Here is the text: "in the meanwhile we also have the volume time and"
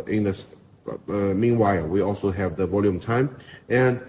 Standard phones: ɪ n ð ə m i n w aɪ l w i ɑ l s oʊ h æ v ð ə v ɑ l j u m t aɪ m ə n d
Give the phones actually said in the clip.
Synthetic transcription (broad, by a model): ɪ n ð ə m i n w aɪ l w i ɑ l s oʊ h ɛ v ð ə v ɑ l j u m t aɪ m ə n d